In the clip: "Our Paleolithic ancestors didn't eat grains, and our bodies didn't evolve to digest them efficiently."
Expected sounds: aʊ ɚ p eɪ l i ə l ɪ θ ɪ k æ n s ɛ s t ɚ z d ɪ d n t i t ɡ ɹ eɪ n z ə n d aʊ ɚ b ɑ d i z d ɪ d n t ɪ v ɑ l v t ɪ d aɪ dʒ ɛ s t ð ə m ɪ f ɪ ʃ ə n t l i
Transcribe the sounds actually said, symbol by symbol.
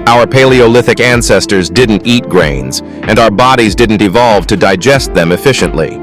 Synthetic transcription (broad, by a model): aʊ ɚ p eɪ l i ə l ɪ θ ɪ k æ n s ɛ s t ɚ z d ɪ d n t i t ɡ ɹ eɪ n z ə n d aʊ ɚ b ɑ d i z d ɪ d n t ɪ v ɑ l v t ɪ d aɪ dʒ ɛ s t ð ə m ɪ f ɪ ʃ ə n t l i